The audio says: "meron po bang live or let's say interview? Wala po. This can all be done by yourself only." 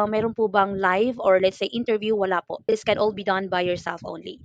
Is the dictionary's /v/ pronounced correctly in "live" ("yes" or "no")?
yes